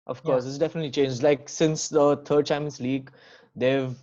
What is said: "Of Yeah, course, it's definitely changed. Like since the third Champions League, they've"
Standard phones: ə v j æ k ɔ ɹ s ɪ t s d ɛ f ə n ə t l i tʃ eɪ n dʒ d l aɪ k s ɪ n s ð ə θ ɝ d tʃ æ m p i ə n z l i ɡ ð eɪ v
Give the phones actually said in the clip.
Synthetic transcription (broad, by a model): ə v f k ɔ ɹ s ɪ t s d ɛ f ə n ə t l i tʃ eɪ n dʒ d l aɪ k s ɪ n s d ə t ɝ d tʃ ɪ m i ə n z l i ɡ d eɪ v